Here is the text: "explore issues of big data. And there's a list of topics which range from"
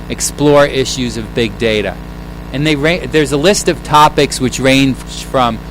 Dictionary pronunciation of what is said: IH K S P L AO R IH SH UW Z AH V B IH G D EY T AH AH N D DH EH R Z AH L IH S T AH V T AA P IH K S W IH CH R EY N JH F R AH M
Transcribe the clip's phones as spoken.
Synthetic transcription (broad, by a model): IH K S P L AO R IH SH UW Z AH V B IH G D EY T AH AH N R DH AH R Z AH L IH S T AH V T AA P IH K S W IH CH R EY N F R AH M